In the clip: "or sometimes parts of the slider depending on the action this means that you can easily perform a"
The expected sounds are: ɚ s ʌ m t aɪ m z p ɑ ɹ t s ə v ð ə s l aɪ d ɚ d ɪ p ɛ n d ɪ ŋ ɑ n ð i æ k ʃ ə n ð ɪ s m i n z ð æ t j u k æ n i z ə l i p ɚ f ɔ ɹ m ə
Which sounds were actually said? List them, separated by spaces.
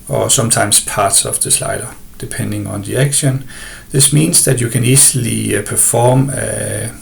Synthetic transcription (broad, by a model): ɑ s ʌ m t aɪ m s p ɑ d s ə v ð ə s l aɪ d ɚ d ɪ p ɛ n d ɪ ŋ ɑ n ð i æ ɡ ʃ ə n ð ɪ s m i n s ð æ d j u k æ n i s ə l i p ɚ f ɔ m